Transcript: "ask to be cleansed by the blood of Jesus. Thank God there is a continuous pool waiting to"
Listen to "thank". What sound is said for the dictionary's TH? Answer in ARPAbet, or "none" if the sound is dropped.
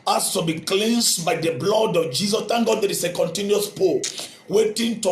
T